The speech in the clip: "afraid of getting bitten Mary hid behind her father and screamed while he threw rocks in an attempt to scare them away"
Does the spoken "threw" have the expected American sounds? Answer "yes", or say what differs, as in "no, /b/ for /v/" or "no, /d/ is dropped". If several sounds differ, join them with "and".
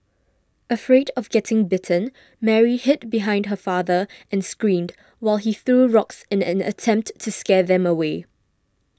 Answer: yes